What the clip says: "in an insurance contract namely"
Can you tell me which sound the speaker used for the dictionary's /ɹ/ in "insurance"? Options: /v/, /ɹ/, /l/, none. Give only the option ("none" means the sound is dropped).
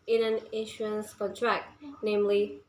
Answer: none